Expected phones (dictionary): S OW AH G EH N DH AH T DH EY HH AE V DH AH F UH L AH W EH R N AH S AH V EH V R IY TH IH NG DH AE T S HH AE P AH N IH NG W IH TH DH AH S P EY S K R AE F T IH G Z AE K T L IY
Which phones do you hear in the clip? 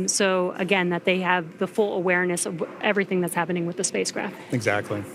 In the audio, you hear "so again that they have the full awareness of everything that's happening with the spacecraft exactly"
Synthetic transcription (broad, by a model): S OW AH G EH N DH AH T DH EY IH V DH AH F UH L AH W EH R N AH S AH V EH V R IY TH IH NG DH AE T S HH AE P AH N IH NG W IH DH AH S P EY S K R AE F T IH G Z AE K T L IY